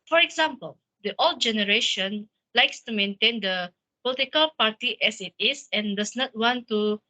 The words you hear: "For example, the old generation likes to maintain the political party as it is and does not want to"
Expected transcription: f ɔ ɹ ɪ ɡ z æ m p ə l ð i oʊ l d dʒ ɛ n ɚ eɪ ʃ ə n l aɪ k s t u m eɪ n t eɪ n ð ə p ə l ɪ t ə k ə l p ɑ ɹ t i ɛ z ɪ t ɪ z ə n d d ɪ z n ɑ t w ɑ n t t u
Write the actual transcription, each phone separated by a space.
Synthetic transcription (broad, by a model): f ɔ ɹ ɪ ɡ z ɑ m p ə l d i oʊ l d dʒ ɛ n ɚ eɪ ʃ ə n l aɪ k s t u m eɪ n t eɪ n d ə p ə l ɪ t ə k ə l p ɑ ɹ t i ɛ s ɪ t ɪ s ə n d d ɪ s n ɑ t w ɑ n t t u